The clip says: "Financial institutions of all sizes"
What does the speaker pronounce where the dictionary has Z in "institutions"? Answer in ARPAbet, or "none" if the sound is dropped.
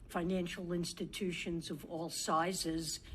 Z